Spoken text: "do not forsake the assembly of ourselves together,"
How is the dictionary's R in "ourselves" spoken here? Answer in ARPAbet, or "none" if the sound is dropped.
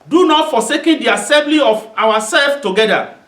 W